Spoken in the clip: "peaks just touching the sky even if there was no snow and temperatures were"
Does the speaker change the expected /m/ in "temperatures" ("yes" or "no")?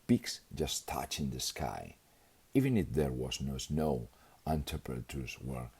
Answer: yes